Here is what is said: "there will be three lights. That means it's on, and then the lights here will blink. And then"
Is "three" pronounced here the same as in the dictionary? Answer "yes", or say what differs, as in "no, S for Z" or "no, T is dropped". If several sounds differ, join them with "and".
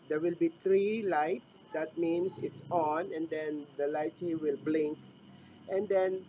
no, T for TH